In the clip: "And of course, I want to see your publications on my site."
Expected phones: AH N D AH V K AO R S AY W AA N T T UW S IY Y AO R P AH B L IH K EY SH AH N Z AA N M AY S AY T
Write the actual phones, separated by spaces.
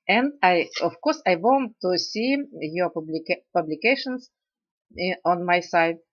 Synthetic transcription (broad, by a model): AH N D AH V K AO R S AY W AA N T T UW S IY Y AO L P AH B L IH K EY SH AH N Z AA N M AY S AY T